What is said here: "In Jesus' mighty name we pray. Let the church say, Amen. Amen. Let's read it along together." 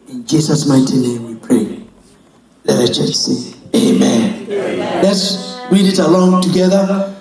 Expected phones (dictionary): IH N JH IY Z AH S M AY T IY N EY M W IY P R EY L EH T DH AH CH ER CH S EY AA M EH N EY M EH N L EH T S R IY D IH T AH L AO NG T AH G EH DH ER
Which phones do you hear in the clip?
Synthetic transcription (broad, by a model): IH N JH IY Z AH S M AY T IY N EY M W IY P R EY L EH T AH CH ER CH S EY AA EY M EH N L EH T S R IY D IH T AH L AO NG T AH G EH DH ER